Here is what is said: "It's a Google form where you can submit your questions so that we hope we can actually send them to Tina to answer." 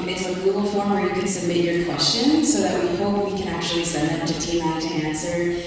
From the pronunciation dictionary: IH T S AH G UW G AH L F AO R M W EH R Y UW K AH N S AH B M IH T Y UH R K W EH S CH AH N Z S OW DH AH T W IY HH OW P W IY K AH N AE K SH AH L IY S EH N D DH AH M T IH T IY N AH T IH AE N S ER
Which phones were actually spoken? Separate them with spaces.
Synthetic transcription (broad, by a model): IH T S AH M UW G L F AO R M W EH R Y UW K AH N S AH M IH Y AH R K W EH S CH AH N S OW DH AH T W IY HH OW P W IY K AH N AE K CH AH L IY S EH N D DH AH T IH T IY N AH T IH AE N S ER